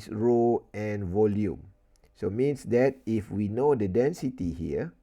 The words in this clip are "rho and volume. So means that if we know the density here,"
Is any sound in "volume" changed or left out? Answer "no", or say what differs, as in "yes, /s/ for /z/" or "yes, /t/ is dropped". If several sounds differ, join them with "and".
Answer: no